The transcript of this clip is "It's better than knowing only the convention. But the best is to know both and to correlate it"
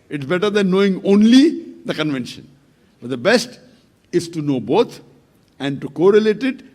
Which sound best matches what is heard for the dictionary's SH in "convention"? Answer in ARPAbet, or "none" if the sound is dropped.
SH